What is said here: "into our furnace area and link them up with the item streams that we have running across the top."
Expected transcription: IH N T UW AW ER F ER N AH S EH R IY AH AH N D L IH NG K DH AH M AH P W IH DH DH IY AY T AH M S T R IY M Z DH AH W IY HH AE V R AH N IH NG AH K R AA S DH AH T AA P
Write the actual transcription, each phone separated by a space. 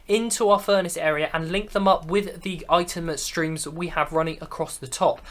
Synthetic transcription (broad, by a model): IH N T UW AW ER F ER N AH S EH R IY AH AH N L IH NG K DH AH M AH P W IH DH DH IY AY T AH M S T R IY M Z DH W IY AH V R AH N IH NG AH K R AA S DH AH T AA P